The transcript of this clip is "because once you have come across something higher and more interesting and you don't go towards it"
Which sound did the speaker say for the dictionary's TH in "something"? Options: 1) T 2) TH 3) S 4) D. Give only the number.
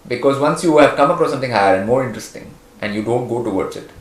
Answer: 1